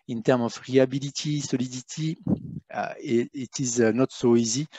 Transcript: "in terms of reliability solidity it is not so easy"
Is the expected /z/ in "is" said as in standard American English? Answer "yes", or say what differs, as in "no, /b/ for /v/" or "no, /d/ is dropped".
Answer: yes